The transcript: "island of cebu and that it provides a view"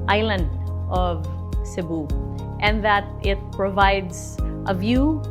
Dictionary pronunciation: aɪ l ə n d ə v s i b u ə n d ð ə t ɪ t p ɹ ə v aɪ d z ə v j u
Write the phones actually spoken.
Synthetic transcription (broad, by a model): aɪ l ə n d ə v s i b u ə n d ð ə t ɪ t p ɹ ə v aɪ d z ə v j u